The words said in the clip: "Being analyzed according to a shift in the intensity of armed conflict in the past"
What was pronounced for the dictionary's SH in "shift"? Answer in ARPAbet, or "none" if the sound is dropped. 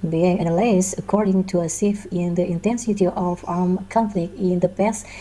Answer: S